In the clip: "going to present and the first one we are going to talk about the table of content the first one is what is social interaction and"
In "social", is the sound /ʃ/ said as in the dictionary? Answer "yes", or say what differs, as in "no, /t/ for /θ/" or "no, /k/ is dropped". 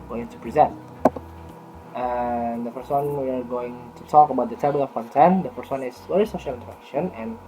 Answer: yes